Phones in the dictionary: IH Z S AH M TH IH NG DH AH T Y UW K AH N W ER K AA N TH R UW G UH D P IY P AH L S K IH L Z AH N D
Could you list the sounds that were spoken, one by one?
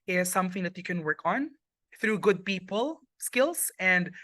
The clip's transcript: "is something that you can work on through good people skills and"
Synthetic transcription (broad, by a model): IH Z S AH M TH IH NG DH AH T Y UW K AH N W ER K AA N TH R UW G UH D P IY P AH L S K IH L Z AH N D